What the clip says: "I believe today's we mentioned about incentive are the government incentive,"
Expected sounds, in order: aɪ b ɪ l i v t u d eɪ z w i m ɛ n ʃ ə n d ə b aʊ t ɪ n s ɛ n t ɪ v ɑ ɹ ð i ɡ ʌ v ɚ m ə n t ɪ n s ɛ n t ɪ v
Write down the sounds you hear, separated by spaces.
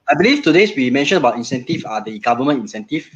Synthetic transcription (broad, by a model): aɪ b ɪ l i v t u d eɪ s w i m ɛ n ʃ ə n ə b aʊ t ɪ n s ɛ n t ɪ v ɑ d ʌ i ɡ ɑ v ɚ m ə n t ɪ n s ɛ n t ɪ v